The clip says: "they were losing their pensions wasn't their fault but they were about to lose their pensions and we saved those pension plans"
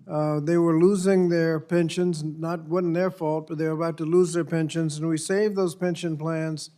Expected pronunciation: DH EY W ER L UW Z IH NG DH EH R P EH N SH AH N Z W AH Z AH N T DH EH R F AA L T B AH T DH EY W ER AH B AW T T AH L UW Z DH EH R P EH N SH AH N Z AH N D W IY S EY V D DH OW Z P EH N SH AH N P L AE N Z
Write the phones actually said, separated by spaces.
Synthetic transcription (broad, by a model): DH EY W ER L UW Z IH NG DH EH R P EH N SH AH N Z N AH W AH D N DH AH R F AA L T B AH T DH EY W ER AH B AW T T AH L UW Z DH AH R P EH N SH AH N Z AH N W IY S EY V DH OW Z P EH N SH AH N P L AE N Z